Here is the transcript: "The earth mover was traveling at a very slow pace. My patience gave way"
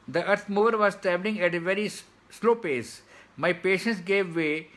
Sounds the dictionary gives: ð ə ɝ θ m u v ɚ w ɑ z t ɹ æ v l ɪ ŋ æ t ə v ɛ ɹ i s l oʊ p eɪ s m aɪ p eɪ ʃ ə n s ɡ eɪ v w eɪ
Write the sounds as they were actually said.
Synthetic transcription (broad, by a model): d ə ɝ t m u v ɚ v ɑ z t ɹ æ b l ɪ ŋ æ t ə v ɛ ɹ i s l oʊ p eɪ s m aɪ p eɪ ʃ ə n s ɡ eɪ v eɪ